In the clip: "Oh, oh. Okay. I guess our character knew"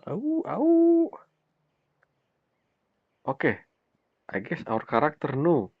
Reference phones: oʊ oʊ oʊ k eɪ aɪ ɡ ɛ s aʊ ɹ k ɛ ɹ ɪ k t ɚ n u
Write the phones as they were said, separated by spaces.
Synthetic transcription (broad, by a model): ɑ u oʊ k eɪ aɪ ɡ ɛ s aʊ ɹ k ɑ ɹ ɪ k t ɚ n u